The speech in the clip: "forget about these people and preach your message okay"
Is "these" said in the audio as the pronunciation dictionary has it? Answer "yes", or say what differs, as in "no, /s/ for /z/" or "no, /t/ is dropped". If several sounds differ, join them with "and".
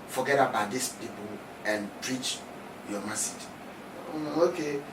no, /s/ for /z/